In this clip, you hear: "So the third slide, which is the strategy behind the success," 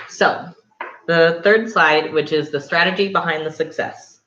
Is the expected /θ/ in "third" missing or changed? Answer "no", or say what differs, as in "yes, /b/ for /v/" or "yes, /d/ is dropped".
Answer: no